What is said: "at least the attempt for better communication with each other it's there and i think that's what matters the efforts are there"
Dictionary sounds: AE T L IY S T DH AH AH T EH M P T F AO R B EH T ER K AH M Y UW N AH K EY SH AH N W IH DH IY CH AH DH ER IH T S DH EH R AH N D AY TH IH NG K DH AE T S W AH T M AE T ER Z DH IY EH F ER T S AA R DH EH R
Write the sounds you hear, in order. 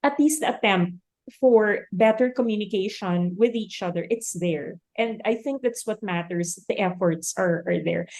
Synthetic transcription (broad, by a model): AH T L IY S T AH AH T EH M P T F AO R B EH T ER K AH M Y UW N AH K EY SH AH N W IH DH IY CH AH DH ER IH T S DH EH R AH N D AY TH IH NG K DH AE T S W AH T M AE T ER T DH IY EH F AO T S AA R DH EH R